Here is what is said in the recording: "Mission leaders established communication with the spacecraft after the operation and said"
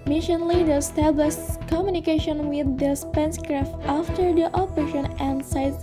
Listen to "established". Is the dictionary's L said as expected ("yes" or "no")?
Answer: yes